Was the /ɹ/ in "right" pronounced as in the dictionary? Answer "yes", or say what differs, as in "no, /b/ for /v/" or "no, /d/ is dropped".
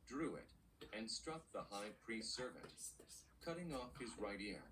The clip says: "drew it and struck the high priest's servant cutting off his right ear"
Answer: yes